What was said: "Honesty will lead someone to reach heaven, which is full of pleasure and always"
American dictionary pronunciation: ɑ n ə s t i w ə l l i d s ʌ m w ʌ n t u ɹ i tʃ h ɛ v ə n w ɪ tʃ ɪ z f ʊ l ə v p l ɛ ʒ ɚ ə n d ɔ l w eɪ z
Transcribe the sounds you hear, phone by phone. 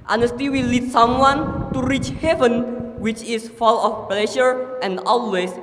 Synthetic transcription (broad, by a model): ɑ n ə s t i w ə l l i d s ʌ m w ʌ n t u ɹ i tʃ h ɛ v ə n w ɪ tʃ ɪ s f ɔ l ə f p l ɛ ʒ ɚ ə n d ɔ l w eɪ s